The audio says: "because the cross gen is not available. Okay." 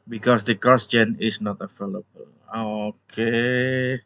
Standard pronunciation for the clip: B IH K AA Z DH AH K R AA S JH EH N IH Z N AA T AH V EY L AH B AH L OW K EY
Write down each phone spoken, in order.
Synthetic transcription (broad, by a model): B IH K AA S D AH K AA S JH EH N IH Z N AA T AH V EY L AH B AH L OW K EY